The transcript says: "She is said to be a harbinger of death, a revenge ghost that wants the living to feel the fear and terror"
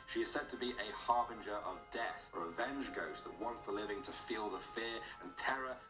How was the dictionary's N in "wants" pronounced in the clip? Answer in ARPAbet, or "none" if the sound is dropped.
N